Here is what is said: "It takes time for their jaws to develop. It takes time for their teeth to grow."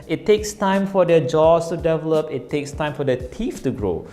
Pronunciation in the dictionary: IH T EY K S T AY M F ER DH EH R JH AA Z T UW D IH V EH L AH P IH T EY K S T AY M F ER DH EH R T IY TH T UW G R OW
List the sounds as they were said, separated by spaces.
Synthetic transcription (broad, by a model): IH T EY K S T AY M F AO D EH JH AA S T UW D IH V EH L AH P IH T EY K S T AY M F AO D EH T IY F T UW G R OW